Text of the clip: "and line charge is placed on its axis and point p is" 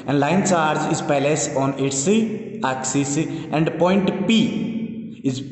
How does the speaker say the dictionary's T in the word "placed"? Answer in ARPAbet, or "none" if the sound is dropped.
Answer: none